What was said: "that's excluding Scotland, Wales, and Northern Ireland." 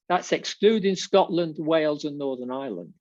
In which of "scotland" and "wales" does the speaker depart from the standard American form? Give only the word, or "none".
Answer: none